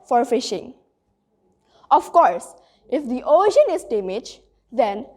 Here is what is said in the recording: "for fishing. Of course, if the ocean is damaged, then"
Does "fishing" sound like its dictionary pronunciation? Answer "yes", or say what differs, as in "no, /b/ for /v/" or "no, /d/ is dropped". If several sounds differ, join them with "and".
yes